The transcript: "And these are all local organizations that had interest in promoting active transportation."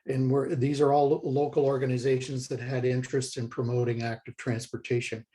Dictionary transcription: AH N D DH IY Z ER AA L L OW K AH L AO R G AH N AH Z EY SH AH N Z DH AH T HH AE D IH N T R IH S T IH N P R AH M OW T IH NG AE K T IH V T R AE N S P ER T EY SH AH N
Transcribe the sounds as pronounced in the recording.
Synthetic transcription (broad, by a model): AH N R DH IY Z ER AA L L OW K L AO R G AH N AH Z EY SH AH N Z DH AH T HH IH D IH N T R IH S T IH N P R AH M OW T IH NG AE K T IH V T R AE N S P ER T EY SH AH N